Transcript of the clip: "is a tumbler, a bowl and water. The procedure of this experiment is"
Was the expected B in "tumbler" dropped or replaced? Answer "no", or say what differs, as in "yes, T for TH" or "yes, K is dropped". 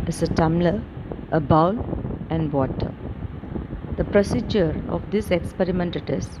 yes, B is dropped